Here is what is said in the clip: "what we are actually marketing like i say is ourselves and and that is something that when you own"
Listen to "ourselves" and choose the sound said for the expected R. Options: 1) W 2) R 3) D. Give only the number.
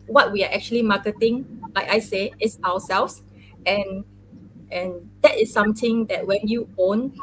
1